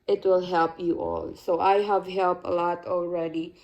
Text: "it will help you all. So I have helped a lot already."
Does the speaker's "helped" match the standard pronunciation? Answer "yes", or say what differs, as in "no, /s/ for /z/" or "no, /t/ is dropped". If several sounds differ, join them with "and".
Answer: yes